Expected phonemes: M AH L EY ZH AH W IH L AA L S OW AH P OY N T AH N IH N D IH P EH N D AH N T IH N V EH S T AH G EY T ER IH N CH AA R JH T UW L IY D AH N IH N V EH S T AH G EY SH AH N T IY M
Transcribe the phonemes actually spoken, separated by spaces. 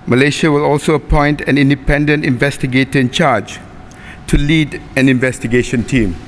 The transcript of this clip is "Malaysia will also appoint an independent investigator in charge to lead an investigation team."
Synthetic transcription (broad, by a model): M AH L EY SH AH W IH L AA L S OW AH P OY N T AH N IH N D IH P EH N D AH N T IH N V EH S T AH G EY T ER IH N CH AA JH T UW L IY D AH N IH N V EH S T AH G EY SH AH N T IY M